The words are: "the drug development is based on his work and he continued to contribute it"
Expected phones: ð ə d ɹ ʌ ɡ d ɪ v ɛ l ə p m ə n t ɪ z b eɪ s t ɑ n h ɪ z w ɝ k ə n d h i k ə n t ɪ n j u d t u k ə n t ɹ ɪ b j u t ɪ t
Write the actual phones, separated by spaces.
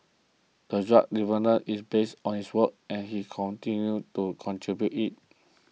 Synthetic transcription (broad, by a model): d ə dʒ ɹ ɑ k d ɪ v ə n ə t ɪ s b eɪ s t ɑ n h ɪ s w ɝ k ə n h i k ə n t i n j u t u k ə n t ɹ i b j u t ɪ t